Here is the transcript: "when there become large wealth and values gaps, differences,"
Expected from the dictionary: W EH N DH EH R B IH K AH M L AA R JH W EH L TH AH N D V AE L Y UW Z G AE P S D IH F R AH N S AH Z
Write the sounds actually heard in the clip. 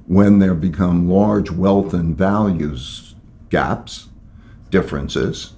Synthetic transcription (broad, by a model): W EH N DH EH R B IH K AH M L AA R JH W EH L TH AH N V AE L Y UW Z G AE P S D IH F R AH N S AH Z